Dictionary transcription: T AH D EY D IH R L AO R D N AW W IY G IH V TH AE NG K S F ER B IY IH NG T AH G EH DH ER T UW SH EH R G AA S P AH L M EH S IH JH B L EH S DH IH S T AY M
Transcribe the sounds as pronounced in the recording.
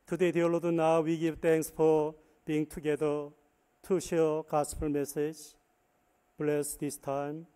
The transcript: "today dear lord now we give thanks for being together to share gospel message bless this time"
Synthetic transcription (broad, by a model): T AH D EY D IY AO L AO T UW N AW W IY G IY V T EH NG K S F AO B IY IH NG T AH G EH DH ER T UW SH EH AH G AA S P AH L M EH S IH JH B L EH S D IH S T AY M